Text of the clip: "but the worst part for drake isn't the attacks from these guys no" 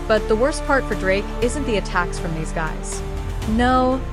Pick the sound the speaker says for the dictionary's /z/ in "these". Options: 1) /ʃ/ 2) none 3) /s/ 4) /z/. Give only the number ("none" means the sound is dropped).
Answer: 4